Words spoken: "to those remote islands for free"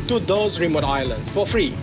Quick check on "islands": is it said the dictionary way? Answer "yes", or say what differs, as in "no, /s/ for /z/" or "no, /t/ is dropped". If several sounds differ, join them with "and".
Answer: no, /z/ is dropped